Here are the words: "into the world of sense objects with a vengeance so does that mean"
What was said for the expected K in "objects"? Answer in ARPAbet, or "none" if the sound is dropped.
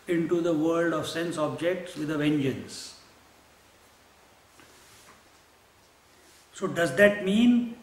K